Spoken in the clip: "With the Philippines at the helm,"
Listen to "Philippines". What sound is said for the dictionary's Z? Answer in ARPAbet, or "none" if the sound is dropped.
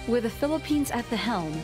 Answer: Z